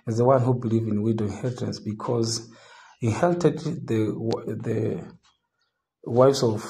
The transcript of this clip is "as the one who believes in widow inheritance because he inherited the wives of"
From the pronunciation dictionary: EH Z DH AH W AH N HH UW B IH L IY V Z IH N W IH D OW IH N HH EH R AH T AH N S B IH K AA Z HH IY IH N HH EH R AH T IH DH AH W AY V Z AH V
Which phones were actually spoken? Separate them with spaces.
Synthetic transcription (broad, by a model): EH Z DH AH W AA N HH UW B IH L IY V IH N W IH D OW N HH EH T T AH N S B IH K AA Z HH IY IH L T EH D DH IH DH AH W AY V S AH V